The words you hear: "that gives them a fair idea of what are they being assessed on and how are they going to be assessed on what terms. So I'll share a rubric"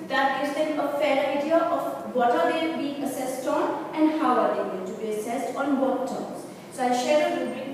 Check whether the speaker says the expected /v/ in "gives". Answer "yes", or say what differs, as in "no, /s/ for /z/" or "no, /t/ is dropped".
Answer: no, /v/ is dropped